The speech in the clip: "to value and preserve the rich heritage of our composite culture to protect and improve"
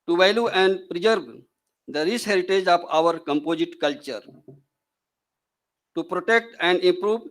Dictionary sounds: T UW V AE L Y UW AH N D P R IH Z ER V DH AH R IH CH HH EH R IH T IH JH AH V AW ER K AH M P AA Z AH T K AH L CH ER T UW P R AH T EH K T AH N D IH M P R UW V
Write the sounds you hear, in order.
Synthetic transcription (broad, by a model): T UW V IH L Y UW AH N D P R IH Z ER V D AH R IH S HH EH R IH T IH JH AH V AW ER K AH M P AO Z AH T K AH L CH ER T UW P R AH T EH K T AH N D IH M P R UW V